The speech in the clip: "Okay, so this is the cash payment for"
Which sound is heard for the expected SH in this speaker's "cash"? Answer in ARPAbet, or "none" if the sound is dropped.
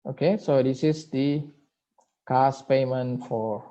S